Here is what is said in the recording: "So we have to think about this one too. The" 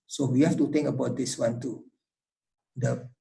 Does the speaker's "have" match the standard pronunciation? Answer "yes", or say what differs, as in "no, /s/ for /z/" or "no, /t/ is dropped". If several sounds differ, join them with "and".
no, /f/ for /v/